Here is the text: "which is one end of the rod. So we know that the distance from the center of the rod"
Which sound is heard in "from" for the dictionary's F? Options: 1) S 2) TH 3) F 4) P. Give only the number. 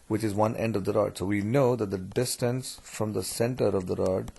3